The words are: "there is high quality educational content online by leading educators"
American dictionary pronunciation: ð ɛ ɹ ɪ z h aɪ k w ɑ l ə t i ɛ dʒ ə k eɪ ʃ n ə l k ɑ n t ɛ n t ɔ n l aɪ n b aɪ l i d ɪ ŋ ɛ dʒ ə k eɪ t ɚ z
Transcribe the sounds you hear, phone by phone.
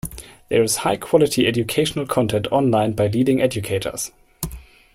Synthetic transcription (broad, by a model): ð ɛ ɹ ɪ z h aɪ k w ɑ l ə t i ɛ dʒ ə k eɪ ʃ n ə l k ɑ n t ɛ n t ɔ n l aɪ n b aɪ l i d ɪ ŋ ɛ dʒ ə k eɪ t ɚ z